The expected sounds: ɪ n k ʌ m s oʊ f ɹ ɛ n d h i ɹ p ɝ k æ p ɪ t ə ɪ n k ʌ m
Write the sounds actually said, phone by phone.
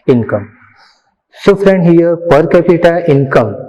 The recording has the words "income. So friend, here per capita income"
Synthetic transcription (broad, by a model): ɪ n k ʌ m s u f ɹ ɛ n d h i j p ɝ k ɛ p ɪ t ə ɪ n k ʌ m